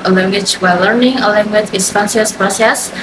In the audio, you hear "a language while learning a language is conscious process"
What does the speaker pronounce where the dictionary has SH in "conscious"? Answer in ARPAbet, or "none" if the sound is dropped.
S